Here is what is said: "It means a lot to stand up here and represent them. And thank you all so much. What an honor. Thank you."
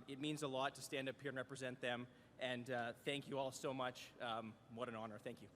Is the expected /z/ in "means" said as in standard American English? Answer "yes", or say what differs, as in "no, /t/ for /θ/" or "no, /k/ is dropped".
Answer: yes